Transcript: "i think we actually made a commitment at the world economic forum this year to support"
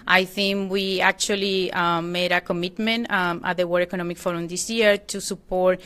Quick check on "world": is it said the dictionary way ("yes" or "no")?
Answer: no